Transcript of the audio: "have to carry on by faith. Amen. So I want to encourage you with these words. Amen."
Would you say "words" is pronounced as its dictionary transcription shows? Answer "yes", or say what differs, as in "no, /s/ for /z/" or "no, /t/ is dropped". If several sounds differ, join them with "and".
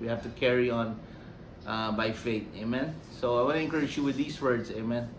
no, /s/ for /z/